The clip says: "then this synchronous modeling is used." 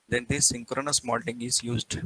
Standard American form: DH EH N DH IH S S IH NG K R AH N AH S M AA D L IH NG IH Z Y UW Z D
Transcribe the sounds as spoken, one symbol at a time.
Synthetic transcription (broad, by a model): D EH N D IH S S IH NG K R AH N AH S M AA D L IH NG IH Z Y UW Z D